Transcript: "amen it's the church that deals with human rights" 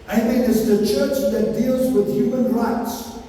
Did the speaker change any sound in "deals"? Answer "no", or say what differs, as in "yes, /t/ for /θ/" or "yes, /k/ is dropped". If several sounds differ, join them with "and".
no